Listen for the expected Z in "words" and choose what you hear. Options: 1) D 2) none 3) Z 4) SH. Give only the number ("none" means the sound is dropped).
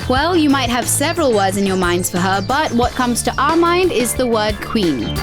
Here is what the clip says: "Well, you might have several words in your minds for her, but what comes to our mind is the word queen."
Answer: 3